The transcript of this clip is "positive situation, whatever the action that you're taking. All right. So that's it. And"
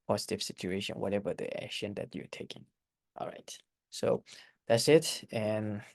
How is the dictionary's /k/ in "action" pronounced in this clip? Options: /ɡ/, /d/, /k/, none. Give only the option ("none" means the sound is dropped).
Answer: /k/